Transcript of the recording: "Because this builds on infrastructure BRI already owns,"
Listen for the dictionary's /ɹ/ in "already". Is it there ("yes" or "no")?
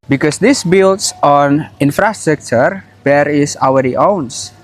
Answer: no